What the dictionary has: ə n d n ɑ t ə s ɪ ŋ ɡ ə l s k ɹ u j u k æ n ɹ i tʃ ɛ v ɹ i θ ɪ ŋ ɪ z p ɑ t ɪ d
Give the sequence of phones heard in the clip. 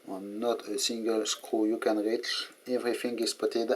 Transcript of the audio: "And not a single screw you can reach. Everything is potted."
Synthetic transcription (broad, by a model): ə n n ɑ t ə s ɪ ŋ ɡ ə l s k u j u k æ n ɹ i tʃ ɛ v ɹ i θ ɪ ŋ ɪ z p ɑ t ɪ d